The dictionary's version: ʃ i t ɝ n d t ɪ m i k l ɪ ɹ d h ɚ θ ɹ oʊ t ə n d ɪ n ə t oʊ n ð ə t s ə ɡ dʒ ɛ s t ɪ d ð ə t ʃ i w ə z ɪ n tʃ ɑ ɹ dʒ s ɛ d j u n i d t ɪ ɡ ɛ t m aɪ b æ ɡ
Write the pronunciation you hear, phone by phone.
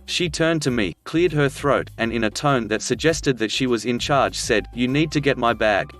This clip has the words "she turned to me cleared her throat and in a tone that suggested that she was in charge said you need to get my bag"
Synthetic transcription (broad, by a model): ʃ i t ɝ n t ɪ m i k l ɪ ɹ d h ɚ θ ɹ oʊ t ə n ɪ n ə t oʊ n ð ə t s ə ɡ dʒ ɛ s t ɪ d ð ə t ʃ i w ə z ɪ n tʃ ɑ ɹ dʒ s ɛ d j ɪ n i d t ɪ ɡ ɛ t m aɪ b æ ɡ